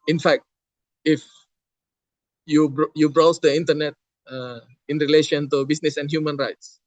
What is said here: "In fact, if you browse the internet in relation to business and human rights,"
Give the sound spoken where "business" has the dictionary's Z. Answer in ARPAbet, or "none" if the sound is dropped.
S